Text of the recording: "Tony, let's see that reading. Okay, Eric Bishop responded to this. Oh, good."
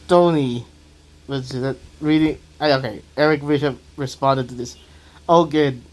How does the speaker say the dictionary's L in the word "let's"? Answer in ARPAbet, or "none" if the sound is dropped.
W